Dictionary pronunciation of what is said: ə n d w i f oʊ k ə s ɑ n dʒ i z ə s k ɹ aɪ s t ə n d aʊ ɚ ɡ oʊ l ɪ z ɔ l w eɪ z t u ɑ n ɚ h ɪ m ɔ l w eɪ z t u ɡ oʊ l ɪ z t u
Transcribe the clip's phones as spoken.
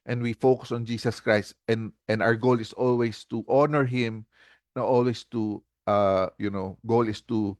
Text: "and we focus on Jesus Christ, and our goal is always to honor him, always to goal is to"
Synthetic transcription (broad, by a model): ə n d w i f oʊ k ə s ɑ n dʒ i s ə s k ɹ aɪ s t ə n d aʊ ɚ ɡ oʊ l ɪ s ɔ l w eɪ s t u ɑ n ɚ h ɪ m ɔ l w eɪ s t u ɡ oʊ l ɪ s t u